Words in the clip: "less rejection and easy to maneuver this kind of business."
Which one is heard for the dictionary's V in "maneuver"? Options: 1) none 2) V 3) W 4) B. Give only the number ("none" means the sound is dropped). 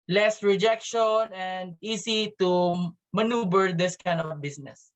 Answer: 4